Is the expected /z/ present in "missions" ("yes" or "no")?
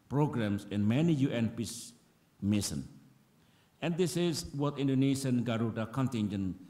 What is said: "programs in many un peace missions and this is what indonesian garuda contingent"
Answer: no